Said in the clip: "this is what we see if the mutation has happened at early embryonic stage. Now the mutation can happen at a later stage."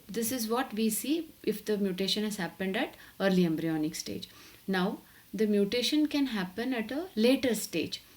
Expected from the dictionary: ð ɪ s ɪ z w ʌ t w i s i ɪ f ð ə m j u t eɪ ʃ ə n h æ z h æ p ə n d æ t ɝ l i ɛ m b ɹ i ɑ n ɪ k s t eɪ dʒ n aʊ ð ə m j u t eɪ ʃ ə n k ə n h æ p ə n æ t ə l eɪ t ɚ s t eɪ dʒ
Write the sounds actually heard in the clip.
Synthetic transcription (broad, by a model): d ɪ s ɪ z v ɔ t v i s i ɪ f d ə m j u t eɪ ʃ ə n h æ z h æ p ə n d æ t ɝ l i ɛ m b ɹ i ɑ n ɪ k s t eɪ dʒ n aʊ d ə m j u t eɪ ʃ ə n k ə n h æ p ə n æ t ə l eɪ t ɚ s t eɪ dʒ